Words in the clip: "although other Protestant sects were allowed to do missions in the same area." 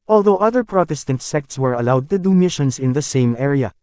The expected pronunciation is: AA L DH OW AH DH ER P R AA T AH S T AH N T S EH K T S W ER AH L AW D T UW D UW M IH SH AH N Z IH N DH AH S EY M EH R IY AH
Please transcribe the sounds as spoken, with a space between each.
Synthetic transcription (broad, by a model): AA L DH OW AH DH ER P R AA T AH S T AH N T S EH K T S W ER AH L AW D T UW D UW M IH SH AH N S IH N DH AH S EY M EH R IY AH